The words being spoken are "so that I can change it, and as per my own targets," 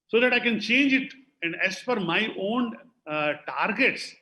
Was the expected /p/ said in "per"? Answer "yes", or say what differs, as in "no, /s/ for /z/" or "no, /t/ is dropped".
no, /f/ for /p/